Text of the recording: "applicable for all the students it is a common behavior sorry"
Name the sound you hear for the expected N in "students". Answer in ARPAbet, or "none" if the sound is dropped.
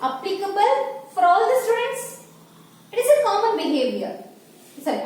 N